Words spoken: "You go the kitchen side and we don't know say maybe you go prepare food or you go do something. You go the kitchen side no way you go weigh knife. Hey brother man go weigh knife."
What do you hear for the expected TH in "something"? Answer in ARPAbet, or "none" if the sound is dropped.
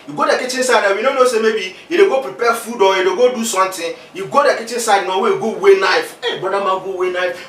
T